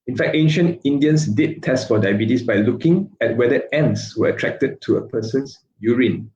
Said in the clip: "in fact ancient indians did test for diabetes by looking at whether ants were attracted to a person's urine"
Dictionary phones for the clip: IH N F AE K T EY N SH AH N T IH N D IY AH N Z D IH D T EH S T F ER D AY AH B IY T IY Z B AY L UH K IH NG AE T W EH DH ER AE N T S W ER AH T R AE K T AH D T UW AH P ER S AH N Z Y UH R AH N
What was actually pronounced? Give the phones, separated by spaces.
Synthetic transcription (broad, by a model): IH N F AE K T EY N SH AH N T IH N D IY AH N S D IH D T EH S T F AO D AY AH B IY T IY S B AY L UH K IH NG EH T W EH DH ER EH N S W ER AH T R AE K T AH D T UW AH P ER S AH N S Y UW R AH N